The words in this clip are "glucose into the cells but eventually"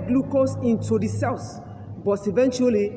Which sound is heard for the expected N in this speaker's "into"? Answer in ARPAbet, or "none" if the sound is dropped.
N